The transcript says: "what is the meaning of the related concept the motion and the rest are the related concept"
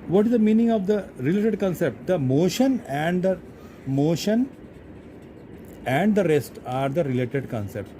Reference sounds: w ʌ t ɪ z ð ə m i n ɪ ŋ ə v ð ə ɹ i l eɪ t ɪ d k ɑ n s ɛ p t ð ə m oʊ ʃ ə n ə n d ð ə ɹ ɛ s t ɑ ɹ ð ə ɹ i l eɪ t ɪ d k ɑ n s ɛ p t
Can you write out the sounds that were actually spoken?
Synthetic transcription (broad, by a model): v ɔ t ɪ z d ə m i n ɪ ŋ ə v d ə ɹ i l eɪ t ɪ d k ɑ n s ɛ p t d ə m oʊ ʃ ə n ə n d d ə ɹ ɛ s t ɑ ɹ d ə ɹ i l eɪ t ɪ d k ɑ n s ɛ p t